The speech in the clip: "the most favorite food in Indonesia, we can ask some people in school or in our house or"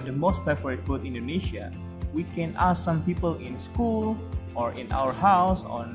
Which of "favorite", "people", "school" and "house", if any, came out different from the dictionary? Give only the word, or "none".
favorite